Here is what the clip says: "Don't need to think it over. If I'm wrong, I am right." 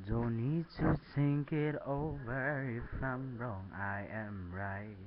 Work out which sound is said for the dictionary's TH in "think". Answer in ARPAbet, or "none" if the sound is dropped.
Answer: S